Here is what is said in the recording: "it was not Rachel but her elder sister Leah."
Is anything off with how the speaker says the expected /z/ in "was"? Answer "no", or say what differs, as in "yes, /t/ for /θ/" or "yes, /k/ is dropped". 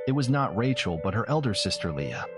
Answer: no